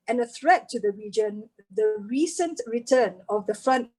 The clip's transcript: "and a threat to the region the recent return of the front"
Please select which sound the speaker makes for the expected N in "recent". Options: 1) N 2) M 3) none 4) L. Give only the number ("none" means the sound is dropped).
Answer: 1